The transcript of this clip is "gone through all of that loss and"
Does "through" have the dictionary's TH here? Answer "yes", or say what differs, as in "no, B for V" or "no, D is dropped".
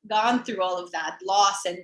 yes